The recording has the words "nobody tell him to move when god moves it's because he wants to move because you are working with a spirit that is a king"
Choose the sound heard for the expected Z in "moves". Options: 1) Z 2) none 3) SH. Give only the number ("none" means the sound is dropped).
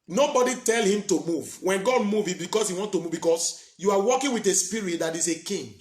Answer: 2